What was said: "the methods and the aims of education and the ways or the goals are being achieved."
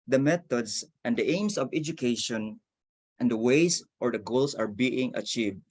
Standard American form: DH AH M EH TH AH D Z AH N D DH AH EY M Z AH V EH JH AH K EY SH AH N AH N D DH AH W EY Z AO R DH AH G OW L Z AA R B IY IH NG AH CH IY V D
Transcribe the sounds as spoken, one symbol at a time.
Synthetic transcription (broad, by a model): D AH M EH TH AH D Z AH N D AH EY M S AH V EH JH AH K EY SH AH N AH N D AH W EY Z AO R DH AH G OW L S AA R B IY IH NG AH CH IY V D